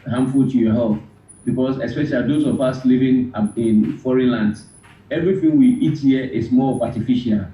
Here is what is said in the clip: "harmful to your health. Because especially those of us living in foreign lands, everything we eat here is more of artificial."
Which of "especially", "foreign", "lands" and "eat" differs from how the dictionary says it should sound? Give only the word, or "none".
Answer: lands